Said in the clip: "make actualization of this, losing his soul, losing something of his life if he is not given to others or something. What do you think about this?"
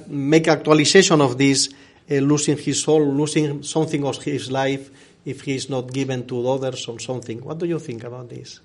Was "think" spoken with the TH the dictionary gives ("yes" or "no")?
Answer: yes